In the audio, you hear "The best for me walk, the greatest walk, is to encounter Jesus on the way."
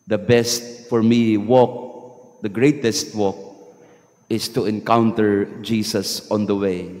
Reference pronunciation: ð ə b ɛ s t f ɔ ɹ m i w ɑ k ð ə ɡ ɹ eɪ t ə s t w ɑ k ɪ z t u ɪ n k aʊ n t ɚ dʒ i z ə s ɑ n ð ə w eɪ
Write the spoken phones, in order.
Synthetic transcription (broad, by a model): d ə b ɛ s t f ɔ ɹ m i w ɑ k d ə ɡ ɹ eɪ t ə s t w ɑ k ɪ s t u ɪ n k aʊ n t ɚ dʒ i s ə s ɑ n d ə w eɪ